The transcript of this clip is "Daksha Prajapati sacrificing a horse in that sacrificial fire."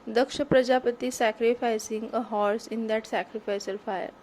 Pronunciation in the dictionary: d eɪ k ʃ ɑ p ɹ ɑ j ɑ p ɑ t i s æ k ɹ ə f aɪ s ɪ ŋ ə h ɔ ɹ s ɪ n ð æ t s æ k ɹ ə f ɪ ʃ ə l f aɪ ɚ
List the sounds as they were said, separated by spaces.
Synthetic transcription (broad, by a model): d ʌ k ʃ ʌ p ɹ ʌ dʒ ɑ p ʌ t i s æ k ɹ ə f aɪ s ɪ ŋ ə h ɔ ɹ s ɪ n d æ t s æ k ɹ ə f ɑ s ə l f aɪ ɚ